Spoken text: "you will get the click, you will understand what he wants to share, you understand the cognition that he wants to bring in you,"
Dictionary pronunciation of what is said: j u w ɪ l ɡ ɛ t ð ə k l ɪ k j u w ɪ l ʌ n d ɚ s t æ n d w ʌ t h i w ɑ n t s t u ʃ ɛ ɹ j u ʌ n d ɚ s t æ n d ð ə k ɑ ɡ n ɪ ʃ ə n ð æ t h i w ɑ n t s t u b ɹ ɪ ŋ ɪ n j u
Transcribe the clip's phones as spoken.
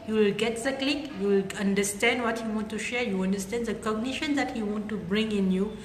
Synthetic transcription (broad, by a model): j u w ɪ l ɡ ɛ t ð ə k l ɪ k j u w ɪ l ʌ n d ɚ s t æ n d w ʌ t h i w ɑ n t t u ʃ ɛ ɹ j u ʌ n d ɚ s t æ n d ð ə k ɑ ɡ n ɪ ʃ ə n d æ t h i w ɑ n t t u b ɹ ɪ ŋ ɪ n j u